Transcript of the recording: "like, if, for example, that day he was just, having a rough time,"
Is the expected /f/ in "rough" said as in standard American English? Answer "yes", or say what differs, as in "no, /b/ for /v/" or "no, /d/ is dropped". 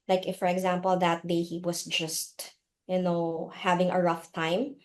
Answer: yes